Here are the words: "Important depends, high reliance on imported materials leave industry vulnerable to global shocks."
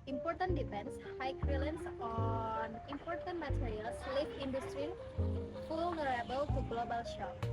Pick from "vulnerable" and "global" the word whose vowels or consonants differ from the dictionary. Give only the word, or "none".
vulnerable